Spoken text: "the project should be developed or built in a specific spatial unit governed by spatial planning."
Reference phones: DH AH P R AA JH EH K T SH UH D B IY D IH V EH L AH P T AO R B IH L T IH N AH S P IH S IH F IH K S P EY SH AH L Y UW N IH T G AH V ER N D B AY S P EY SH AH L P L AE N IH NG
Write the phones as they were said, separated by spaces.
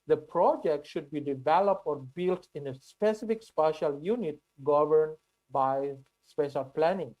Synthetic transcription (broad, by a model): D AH P R AA JH EH K T SH UH D B IY D IH V EH L AH P T AO R B IH L T IH N AH S P IH S IH F IH K S P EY SH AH L Y UW N IH T G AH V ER N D B AY S P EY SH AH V P L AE N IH NG